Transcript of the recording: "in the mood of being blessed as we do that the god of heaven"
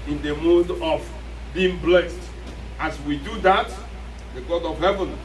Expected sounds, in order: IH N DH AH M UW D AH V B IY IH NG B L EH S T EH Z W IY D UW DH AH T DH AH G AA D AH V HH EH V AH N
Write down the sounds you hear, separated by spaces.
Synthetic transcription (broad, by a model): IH N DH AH M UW D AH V B IY IH NG B L EH S T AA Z W IY D UW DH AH T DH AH G AA D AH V HH EH V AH N